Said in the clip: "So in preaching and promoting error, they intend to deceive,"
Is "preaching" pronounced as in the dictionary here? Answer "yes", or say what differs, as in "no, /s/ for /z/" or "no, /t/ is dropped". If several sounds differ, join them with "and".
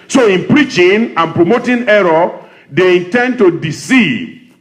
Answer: yes